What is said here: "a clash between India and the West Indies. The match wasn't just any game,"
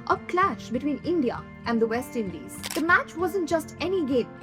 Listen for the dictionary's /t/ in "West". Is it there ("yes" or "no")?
yes